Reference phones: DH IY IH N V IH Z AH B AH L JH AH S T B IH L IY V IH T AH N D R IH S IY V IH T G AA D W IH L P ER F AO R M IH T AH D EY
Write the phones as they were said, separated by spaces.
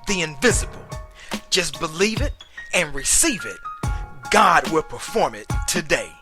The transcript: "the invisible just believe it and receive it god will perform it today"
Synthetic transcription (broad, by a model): DH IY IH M V IH Z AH B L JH AH S B IH L IY V IH T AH N R IH S IY V IH T G AA D W IH L P ER F AO R M IH T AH D EY